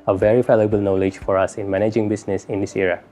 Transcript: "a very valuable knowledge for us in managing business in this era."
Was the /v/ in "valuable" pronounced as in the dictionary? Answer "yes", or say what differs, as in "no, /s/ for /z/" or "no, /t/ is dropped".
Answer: no, /f/ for /v/